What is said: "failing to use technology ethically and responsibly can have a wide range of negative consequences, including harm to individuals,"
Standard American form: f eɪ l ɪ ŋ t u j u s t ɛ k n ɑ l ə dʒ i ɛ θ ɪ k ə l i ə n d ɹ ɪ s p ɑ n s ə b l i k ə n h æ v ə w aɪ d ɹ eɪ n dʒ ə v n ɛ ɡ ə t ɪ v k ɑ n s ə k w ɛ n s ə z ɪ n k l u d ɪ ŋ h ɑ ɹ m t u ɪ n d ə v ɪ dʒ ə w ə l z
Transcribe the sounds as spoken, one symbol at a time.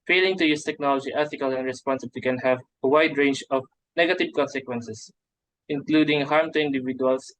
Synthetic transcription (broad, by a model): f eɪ l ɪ ŋ t u j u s t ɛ k n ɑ l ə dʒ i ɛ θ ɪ k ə l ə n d ɹ ɪ s p ɑ n s ə b l i k ə n h æ v ə w aɪ d ɹ eɪ n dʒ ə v n ɛ ɡ ə t ɪ v k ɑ n s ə k w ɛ n s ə s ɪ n k l u d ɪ ŋ h ɑ ɹ m t u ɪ n d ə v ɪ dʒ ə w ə l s